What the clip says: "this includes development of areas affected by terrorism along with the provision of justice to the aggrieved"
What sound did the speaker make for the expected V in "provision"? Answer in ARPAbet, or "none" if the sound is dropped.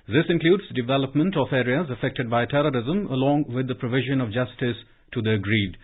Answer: V